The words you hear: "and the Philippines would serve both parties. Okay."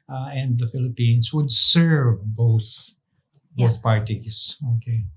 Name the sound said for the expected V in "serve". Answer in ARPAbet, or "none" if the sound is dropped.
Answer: V